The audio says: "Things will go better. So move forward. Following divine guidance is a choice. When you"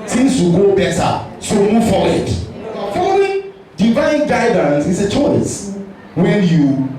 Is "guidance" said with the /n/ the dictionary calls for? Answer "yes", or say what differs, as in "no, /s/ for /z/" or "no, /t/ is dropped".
yes